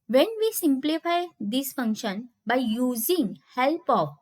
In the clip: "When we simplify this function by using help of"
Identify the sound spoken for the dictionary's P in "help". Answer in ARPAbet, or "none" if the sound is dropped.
P